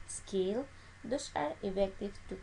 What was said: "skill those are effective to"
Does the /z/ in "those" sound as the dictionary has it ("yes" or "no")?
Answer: no